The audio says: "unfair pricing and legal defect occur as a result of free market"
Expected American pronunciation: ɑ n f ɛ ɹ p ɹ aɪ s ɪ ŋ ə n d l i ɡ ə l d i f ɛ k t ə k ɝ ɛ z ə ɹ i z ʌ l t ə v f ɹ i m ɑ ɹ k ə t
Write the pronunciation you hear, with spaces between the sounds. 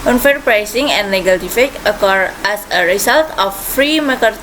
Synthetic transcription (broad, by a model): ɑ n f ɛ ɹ p ɹ aɪ s ɪ ŋ ə n d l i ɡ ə l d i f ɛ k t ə k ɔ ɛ s ə ɹ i s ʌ l t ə f ɹ i m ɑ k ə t